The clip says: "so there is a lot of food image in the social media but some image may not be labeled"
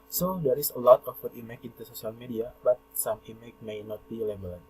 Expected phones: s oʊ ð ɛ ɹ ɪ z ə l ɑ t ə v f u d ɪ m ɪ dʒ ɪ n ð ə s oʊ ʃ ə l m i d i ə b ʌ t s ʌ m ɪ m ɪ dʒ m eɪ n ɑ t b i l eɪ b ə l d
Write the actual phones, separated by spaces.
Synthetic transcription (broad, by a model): s oʊ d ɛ ɹ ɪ s ə l ɑ t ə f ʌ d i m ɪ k ɪ n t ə s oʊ s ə l m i d i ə b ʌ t s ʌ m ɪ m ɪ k m eɪ n ɑ t b i l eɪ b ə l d